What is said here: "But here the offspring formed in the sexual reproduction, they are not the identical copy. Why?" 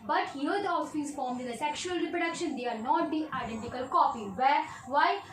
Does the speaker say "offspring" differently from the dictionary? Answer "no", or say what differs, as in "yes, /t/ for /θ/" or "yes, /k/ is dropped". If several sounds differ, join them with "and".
yes, /f/ is dropped